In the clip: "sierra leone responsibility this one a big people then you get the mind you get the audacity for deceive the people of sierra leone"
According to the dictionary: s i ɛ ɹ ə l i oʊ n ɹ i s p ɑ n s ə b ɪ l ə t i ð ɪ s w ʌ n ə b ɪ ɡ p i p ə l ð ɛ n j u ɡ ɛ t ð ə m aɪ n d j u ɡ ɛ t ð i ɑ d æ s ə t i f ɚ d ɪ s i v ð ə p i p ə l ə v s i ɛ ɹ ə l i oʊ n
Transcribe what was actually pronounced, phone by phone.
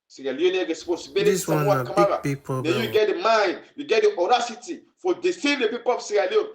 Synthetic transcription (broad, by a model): s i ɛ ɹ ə l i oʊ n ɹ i s p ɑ n s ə b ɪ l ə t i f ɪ w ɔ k ə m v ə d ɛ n j u ɡ ɛ t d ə m aɪ n d j u ɡ ɛ t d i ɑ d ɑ s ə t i f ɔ d ɪ s i v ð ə p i p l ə f s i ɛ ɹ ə l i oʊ